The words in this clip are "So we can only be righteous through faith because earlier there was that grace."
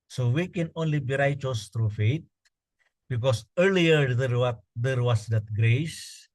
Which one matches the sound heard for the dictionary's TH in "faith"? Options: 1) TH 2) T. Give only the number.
2